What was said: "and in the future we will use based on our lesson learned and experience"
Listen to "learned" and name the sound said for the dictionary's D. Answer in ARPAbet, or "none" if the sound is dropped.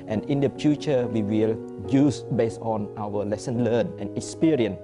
none